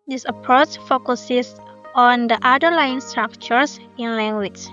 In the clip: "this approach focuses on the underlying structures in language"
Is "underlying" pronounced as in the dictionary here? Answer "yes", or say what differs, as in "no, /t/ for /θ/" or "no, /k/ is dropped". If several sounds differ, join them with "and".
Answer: no, /n/ is dropped